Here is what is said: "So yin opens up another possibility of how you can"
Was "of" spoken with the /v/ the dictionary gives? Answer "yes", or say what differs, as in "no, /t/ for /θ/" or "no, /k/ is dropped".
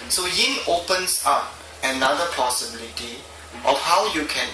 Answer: no, /f/ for /v/